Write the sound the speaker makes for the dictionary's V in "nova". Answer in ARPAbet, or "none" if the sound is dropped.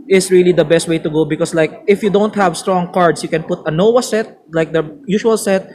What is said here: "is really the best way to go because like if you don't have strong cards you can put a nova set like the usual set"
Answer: W